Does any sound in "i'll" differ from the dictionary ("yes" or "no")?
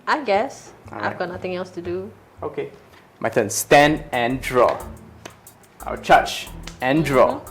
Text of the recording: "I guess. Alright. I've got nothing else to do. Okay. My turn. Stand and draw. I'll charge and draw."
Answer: yes